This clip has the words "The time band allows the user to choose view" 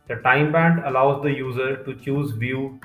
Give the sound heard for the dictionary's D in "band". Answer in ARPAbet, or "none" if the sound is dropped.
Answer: D